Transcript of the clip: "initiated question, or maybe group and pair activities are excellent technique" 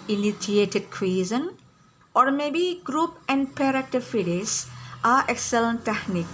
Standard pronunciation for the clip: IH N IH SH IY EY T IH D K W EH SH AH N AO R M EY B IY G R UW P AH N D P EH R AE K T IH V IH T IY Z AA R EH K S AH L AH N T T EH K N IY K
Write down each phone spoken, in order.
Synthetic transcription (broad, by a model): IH N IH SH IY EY T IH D K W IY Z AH N AO R M EY B IY G R UW P AH N D P EH R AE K T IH F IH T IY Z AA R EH K S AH L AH N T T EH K N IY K